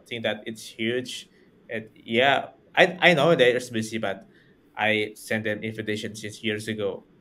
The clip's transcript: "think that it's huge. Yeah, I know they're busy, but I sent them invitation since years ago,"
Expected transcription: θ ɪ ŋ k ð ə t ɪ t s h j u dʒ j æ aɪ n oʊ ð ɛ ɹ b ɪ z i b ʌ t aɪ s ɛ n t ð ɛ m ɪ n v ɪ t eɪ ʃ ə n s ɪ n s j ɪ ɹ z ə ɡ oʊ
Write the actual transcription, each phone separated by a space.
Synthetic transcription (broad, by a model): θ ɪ ŋ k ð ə t ɪ t s h j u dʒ j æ aɪ n oʊ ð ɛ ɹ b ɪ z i b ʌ t aɪ s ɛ n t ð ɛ m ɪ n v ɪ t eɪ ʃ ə n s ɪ s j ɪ ɹ s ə ɡ oʊ